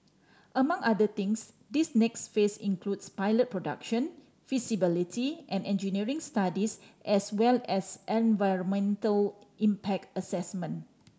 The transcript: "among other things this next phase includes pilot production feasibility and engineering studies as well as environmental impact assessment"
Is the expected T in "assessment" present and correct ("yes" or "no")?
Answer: no